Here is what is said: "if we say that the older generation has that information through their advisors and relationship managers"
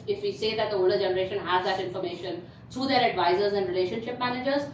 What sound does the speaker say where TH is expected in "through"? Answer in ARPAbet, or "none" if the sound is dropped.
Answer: T